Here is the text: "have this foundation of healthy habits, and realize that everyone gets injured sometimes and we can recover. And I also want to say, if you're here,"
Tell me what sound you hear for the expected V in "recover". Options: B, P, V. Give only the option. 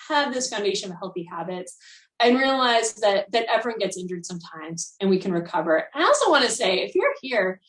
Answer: V